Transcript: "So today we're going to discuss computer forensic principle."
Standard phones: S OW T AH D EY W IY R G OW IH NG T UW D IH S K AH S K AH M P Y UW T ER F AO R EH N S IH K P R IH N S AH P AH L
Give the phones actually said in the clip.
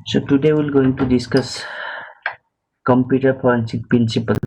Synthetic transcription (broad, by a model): S OW T AH D EY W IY L G OW IH NG T UW D IH S K AH S K AH M P Y UW T ER P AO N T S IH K P R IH N S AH P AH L